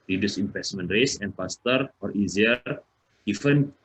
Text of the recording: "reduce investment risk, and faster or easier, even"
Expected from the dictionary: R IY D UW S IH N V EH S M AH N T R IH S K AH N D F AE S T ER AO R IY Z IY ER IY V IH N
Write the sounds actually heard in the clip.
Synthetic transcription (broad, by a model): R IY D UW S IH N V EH S M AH N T R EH S AH N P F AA S T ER AO R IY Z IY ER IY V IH N